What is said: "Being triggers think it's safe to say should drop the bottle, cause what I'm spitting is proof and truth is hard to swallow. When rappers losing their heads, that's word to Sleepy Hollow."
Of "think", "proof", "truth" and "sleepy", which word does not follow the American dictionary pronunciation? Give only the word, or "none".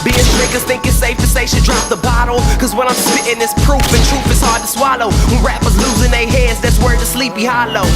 truth